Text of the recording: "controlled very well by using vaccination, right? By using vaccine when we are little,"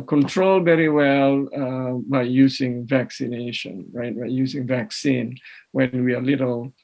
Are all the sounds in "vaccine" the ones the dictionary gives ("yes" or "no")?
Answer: yes